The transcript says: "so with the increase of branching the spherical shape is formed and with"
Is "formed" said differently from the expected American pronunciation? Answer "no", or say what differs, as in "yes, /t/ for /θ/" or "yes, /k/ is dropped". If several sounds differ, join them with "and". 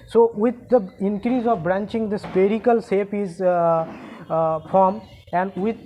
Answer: yes, /d/ is dropped